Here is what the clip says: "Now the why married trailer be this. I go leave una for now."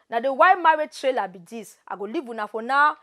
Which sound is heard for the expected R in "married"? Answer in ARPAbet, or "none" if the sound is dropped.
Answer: W